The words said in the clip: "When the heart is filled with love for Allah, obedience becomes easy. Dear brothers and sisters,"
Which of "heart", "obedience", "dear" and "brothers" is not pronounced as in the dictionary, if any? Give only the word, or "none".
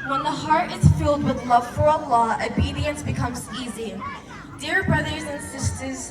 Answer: none